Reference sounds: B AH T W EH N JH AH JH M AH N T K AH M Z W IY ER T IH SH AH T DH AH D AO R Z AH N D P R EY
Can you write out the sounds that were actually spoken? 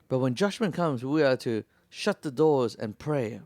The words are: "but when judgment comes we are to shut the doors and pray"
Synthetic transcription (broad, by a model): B AH T W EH N JH AH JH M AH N K AH M Z W IY ER T IH SH AH T DH AH D AO R Z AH N P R EY